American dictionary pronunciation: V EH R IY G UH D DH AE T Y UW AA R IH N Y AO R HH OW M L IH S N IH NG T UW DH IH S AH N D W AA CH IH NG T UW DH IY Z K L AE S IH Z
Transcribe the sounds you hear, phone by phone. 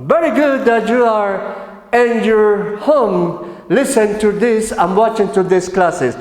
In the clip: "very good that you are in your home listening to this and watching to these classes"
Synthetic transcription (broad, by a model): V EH R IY G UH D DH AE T Y UW AA R IH N Y AO R HH OW M L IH S IH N T UW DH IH S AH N W AA CH IH NG T UW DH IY S K L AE S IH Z